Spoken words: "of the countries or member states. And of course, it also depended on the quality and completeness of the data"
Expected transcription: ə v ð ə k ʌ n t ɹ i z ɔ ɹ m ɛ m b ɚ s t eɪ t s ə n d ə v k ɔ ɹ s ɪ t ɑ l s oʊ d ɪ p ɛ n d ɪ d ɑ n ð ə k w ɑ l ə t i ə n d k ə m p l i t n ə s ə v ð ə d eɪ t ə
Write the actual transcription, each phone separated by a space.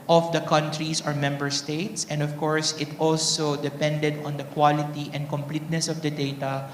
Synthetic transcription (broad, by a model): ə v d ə k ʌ n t ɹ i s ɔ ɹ m ɛ m b ɚ s t eɪ t s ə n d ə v k ɔ ɹ s ɪ t ɑ l s oʊ d ɪ p ɛ n d ɪ d ɑ n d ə k w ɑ l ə t i ə n d k ə m p l i t n ə s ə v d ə d eɪ t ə